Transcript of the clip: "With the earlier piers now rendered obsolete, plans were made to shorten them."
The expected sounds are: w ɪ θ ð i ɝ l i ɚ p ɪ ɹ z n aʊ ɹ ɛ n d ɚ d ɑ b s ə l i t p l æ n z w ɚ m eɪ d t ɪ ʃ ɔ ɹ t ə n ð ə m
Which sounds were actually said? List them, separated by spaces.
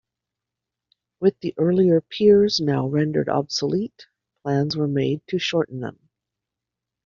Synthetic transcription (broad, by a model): w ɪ ð i ɝ l i ɚ p ɪ ɹ z n aʊ ɹ ɛ n d ɚ d ɑ b s ə l i t p l æ n z w ɚ m eɪ d t ɪ ʃ ɔ ɹ t n ð ə m